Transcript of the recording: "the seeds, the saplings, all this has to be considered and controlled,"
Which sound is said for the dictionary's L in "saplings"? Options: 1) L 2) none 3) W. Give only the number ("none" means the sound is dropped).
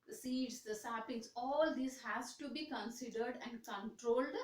2